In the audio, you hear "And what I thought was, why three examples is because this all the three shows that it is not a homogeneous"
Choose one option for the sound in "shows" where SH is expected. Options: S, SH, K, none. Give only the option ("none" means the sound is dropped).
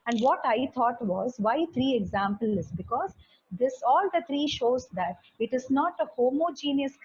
SH